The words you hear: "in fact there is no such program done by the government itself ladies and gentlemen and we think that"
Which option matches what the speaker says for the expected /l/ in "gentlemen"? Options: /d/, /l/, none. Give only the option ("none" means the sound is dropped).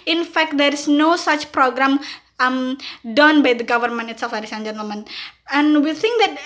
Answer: none